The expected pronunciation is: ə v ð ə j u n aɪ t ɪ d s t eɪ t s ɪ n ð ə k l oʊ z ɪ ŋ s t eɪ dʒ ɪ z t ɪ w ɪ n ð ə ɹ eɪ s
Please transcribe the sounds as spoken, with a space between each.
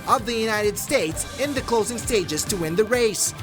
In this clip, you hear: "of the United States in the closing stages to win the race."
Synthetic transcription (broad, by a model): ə v ð ə j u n aɪ t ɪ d s t eɪ t s ɪ n ð ə k l oʊ z ɪ ŋ s t eɪ dʒ ɪ z t ɪ w ɪ n ð ə ɹ eɪ s